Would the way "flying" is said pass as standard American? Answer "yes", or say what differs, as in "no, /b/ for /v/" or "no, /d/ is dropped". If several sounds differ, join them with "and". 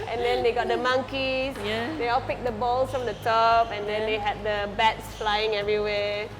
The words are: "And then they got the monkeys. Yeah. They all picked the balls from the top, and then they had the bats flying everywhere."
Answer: yes